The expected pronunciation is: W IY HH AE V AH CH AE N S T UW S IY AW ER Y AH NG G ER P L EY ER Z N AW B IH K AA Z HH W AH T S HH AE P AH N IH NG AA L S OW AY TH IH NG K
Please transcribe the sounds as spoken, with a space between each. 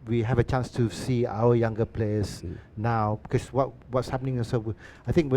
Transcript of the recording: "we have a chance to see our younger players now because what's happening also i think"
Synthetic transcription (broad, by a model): W IY HH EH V AH CH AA N S T UW S IY AW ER Y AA NG G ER P L EY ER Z N AW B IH K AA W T W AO T S HH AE P AH N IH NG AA N S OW AY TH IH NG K